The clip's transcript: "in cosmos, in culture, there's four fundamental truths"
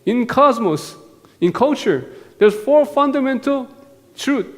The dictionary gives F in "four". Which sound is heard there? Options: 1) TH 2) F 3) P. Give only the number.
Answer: 2